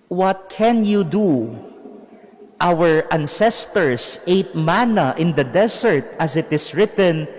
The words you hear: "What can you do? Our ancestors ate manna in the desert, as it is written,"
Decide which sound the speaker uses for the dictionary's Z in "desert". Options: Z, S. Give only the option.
S